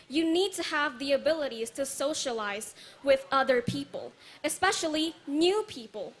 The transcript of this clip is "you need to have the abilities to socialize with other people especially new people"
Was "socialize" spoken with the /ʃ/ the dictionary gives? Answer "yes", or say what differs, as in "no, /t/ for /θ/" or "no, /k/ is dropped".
yes